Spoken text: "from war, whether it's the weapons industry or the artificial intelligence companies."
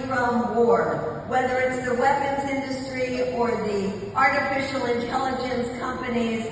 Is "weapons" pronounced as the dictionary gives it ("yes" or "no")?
yes